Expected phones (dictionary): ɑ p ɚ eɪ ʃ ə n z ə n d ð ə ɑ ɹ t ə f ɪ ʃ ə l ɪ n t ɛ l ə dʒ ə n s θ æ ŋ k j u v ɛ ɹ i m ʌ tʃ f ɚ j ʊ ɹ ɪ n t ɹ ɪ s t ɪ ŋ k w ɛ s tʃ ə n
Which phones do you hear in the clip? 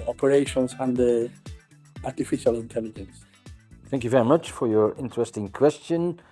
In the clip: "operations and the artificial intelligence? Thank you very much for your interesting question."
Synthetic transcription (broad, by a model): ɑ p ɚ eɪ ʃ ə n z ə n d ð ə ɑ ɹ t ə f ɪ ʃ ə l ɪ n t ɛ l ə dʒ ə n s θ æ ŋ k j u v ɛ ɹ i m ʌ tʃ f ɚ j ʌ ɹ ɪ n t ɹ ɪ s t ɪ ŋ k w ɛ s tʃ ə n